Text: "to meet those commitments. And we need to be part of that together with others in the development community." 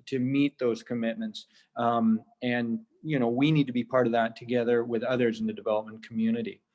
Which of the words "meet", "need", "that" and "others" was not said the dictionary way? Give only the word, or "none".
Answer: none